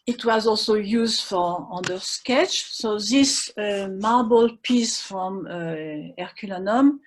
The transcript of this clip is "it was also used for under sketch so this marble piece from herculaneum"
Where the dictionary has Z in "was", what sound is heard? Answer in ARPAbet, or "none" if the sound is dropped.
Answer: Z